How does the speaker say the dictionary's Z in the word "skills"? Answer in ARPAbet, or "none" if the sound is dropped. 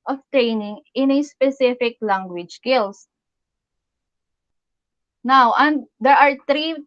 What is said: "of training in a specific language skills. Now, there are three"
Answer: S